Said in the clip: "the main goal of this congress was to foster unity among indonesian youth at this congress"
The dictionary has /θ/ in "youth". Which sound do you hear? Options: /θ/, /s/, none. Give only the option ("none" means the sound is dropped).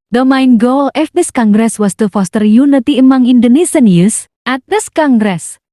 /s/